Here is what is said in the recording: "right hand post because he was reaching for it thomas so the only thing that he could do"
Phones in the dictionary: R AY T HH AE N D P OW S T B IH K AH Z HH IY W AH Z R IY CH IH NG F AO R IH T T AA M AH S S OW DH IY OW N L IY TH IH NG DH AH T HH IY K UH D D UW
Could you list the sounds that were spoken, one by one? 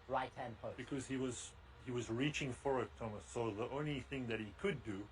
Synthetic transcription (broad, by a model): R AY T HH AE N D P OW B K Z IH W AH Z HH IY W AH Z R IY CH IH NG F AO R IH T T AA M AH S S OW DH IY OW N L IY TH IH NG DH AH T HH IY K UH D D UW